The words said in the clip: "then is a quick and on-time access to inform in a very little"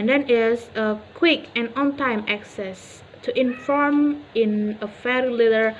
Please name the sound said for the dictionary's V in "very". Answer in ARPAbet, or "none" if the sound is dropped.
F